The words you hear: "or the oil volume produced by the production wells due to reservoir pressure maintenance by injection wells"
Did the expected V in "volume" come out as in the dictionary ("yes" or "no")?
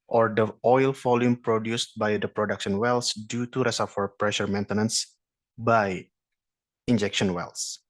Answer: no